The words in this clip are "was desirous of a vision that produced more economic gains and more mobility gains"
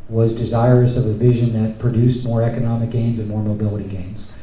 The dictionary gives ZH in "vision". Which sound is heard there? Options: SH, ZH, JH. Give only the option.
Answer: ZH